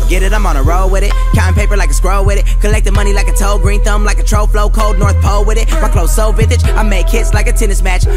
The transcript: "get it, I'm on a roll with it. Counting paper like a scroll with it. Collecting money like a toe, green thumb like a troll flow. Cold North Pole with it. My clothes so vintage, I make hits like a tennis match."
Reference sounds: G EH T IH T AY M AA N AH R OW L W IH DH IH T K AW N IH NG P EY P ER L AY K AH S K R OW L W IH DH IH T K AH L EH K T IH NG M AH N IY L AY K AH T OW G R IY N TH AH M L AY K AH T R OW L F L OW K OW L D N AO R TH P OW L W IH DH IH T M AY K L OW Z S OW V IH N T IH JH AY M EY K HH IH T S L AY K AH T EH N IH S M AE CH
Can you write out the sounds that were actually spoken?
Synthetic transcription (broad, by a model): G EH T IH T AY M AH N AH R OW L W IH DH IH T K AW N P EY P ER L AY K AH S K R OW L W IH DH IH T K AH L EH K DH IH M AH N IY L AY K AH T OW G R IY N TH AH M L AY K AH T R OW L F L OW K OW L D N AO R TH P OW L W IH DH IH T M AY K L OW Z S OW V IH T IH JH AY M EY K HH IH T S L AY K AH T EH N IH S M AE CH